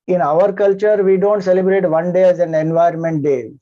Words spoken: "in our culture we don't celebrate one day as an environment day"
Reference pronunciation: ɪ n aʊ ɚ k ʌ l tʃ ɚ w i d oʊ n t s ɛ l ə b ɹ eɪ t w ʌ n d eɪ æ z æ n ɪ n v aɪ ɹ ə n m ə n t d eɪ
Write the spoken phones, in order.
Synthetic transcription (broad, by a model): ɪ n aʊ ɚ k ʌ l tʃ ɚ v i d oʊ n t s ɛ l ə b ɹ eɪ t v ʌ n d eɪ æ z æ n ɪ n v aɪ ə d m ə n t d eɪ